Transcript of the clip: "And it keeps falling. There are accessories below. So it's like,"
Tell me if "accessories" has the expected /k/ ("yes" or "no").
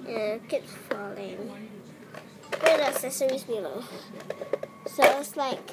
no